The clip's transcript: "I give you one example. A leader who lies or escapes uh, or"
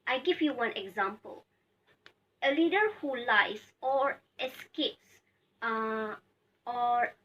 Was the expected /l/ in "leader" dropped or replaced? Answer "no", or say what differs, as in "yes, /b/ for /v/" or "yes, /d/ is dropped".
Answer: no